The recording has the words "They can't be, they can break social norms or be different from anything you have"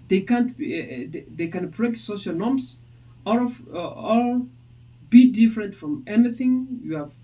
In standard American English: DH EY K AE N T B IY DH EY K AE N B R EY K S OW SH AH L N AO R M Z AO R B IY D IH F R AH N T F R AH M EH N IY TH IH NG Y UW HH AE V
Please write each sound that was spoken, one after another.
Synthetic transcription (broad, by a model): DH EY K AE N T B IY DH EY K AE N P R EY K S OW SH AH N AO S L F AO L B IY D IH F R AH N T F R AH M EH N IY TH IH NG Y UW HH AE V